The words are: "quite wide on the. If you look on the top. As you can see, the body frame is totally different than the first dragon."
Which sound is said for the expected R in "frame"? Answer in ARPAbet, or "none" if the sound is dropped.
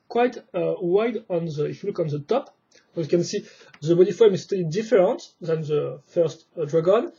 none